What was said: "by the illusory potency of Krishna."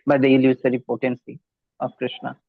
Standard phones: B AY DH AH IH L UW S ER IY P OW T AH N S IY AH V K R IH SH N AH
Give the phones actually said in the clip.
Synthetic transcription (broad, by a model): B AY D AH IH L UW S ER IY P OW T AH N S IY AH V K R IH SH N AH